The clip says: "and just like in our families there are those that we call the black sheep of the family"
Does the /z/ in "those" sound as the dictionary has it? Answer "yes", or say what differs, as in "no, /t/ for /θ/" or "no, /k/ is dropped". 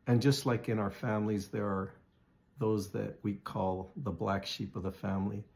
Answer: yes